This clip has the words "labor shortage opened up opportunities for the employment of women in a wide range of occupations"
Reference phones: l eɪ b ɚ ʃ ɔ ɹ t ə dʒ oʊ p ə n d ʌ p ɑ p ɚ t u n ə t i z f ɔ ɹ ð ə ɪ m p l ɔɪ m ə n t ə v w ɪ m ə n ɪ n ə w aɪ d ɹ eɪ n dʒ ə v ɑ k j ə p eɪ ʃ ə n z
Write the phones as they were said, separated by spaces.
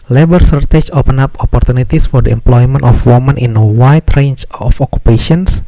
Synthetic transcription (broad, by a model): l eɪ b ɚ s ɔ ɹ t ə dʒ oʊ p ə n ɑ p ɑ p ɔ t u n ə t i s f ɔ ɹ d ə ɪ m p l ɔɪ m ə n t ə f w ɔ m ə n ɪ n ə w aɪ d ɹ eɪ n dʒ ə f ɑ k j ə p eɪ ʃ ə n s